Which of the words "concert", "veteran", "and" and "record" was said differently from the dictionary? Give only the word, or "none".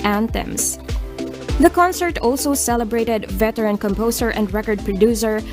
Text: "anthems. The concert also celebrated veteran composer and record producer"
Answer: none